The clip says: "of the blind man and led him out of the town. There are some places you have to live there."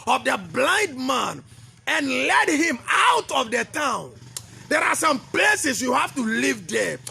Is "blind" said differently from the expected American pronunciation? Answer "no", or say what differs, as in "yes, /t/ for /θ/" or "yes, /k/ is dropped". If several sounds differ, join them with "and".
no